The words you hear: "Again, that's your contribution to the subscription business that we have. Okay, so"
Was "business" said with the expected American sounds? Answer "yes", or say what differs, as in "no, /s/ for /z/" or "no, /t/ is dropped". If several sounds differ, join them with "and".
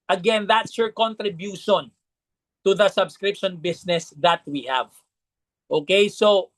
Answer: no, /s/ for /z/